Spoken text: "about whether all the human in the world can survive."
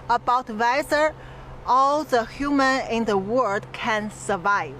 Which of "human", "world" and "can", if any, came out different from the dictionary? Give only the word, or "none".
world